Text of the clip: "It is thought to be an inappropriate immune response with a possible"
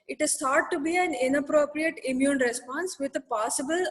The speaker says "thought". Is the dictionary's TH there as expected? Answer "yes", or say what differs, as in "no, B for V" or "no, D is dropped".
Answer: no, S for TH